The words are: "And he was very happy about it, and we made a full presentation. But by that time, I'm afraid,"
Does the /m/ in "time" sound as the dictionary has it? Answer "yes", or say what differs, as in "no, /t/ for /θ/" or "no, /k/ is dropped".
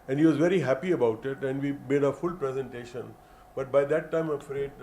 no, /m/ is dropped